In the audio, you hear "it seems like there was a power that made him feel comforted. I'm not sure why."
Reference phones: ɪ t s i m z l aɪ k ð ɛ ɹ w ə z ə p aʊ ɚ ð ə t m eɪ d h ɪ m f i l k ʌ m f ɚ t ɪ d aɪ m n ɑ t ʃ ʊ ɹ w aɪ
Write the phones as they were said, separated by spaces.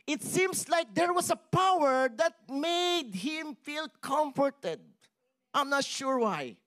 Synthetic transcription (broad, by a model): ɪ t s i m s l aɪ k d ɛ ɹ w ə s ə p aʊ ɚ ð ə t m eɪ d h ɪ m f i l k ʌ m f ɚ t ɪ d aɪ m n ɑ t ʃ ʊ ɹ w aɪ